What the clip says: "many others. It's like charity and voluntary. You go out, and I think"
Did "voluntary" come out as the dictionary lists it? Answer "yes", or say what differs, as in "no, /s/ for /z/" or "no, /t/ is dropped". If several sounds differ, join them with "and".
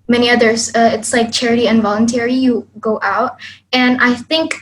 yes